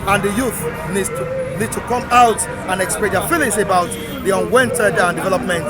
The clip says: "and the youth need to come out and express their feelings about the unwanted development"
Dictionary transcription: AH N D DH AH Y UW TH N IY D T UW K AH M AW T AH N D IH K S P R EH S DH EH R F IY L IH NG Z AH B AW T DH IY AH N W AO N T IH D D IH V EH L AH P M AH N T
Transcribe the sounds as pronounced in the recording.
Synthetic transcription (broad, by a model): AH N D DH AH Y UW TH N IY D T UW K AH M AW T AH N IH K S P EH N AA F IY L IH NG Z AH B AW T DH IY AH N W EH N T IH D D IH V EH L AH P M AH N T